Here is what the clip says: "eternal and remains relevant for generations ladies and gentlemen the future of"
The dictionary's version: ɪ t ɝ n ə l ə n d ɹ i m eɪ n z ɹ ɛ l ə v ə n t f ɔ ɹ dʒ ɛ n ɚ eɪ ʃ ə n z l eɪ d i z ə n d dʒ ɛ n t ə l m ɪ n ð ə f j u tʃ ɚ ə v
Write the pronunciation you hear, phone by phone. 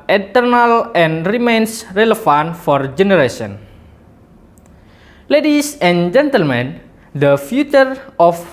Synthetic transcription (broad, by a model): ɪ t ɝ n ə l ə n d ɹ i m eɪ n s ɹ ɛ l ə f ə n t f ɔ ɹ dʒ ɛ n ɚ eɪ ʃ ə n l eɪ d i s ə n dʒ ɛ n t ə l m ɪ n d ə f j u tʃ ɚ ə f